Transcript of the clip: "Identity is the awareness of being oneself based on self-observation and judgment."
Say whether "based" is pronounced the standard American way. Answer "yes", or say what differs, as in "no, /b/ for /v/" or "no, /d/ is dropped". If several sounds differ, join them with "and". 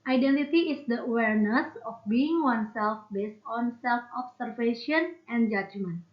yes